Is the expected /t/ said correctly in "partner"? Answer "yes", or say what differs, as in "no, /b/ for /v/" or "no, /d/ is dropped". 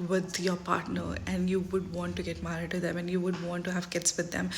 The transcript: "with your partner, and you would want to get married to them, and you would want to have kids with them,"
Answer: yes